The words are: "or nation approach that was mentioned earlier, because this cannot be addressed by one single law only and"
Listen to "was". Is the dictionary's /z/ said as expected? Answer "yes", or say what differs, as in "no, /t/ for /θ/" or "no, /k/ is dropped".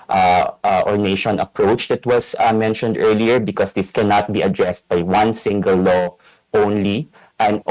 no, /s/ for /z/